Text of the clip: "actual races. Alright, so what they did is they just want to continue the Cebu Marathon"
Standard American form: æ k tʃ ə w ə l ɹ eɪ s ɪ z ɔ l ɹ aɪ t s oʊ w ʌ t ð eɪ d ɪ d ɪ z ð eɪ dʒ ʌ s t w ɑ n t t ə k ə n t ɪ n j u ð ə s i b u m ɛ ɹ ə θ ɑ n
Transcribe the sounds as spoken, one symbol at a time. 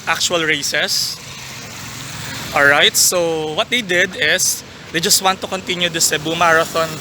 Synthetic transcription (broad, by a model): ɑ k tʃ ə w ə l ɹ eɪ s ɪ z ɔ l ɹ aɪ t s oʊ w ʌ t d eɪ d ɪ d ɪ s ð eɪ dʒ ʌ s t w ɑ n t t ə k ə n t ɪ n j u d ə s i b u m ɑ ɹ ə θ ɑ n